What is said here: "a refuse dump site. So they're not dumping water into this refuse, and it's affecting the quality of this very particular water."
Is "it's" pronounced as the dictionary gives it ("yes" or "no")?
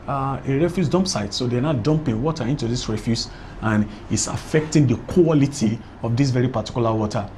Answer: yes